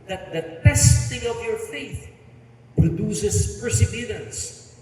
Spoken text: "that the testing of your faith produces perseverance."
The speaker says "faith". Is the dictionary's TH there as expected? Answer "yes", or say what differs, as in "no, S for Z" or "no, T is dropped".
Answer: yes